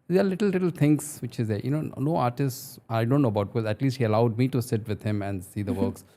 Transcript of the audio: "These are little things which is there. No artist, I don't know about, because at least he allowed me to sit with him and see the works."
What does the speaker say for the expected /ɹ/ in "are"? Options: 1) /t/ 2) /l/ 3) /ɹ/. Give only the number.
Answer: 2